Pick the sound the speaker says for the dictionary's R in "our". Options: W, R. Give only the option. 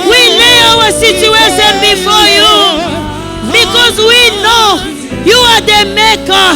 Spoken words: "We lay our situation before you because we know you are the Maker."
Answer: W